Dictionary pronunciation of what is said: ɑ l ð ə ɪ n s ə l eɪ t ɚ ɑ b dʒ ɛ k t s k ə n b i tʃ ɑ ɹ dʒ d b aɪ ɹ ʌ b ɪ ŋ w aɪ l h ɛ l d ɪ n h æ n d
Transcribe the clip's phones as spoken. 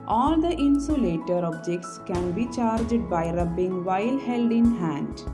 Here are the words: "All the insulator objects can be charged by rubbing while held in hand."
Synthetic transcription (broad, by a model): ɑ l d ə ɪ n s ə l eɪ t ɚ ɑ b dʒ ɛ k t s k ə n b i tʃ ɑ ɹ dʒ d b aɪ ɹ ʌ b ɪ ŋ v aɪ l h ɛ l d ɪ n h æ n d